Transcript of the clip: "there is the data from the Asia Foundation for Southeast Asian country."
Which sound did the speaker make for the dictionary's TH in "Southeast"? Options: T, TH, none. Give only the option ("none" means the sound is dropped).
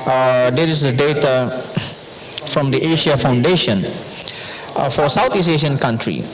T